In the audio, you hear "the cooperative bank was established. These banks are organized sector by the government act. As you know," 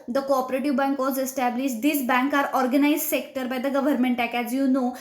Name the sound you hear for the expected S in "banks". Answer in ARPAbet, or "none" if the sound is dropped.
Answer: none